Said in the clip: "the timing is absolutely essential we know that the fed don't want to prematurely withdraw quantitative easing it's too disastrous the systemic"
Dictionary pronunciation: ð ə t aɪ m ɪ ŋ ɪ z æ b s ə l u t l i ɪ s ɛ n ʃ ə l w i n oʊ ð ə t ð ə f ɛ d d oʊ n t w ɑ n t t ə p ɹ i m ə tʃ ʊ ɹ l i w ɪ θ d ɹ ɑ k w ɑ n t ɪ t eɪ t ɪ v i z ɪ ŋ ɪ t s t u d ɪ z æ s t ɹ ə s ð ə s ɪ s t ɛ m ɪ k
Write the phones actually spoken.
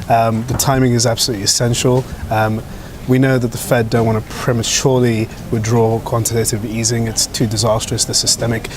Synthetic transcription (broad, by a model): ð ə t aɪ m ɪ ŋ ɪ z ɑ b s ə l u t l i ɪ s ɛ n ʃ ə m w i n oʊ ð ə t ð ə f ɛ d d oʊ n t w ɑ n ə p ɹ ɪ m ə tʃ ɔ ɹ l i w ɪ d ɹ ɑ k w ɑ n t ɪ t eɪ t ɪ v i z ɪ ŋ ɪ t s t u d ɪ z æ s t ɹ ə s ð ə s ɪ s t ɛ m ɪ k